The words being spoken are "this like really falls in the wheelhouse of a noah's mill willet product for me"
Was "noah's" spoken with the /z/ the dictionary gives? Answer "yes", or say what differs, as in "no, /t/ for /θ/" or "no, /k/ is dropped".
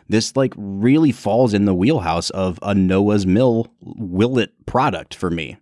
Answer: yes